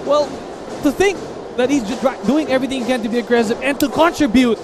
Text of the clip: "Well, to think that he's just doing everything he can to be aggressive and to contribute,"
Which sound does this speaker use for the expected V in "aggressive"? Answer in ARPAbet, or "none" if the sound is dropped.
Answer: P